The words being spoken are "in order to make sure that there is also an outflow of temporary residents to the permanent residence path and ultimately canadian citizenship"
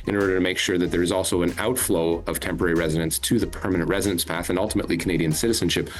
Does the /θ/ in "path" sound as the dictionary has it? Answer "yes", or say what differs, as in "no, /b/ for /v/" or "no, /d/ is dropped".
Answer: yes